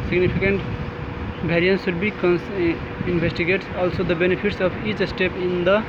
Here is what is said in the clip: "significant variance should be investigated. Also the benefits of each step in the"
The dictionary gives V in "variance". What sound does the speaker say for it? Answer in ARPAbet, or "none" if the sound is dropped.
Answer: B